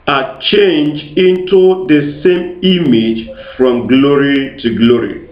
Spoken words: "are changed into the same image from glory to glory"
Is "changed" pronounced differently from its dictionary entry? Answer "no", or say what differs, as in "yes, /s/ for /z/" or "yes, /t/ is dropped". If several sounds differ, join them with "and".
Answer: yes, /d/ is dropped